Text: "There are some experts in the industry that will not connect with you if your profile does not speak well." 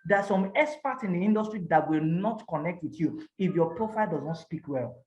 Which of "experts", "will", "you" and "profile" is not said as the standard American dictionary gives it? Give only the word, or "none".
experts